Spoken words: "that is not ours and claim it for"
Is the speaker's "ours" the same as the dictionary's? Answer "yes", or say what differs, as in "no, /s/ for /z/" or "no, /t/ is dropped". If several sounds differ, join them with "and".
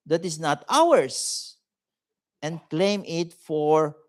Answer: no, /s/ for /z/